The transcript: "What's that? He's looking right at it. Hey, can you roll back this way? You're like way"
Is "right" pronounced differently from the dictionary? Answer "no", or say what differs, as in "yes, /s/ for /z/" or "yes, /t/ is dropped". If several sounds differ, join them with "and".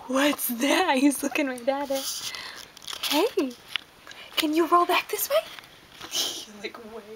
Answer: yes, /l/ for /ɹ/